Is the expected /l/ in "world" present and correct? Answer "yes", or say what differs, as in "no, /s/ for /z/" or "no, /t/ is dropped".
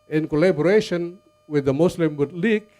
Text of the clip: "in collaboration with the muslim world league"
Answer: no, /l/ is dropped